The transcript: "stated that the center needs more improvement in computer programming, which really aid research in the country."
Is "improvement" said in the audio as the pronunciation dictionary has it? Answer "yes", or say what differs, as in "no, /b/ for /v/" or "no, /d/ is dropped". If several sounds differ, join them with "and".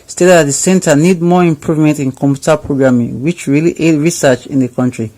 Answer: yes